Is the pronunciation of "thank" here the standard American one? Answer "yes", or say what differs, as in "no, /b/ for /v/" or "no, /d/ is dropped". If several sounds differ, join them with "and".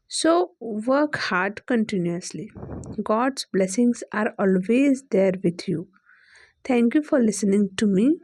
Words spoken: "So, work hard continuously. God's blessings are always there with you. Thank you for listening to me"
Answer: no, /t/ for /θ/